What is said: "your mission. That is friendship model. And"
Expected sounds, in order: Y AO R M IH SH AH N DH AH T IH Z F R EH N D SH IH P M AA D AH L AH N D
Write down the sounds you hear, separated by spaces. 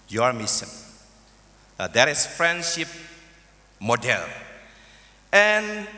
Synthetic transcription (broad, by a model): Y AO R M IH S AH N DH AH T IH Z F R EH N D SH IH P M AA D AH L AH N